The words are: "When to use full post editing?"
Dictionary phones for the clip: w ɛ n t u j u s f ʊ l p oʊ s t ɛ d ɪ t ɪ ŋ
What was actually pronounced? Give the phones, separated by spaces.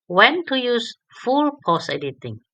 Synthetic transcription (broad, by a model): w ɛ n t u j u s f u l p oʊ s ɛ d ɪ t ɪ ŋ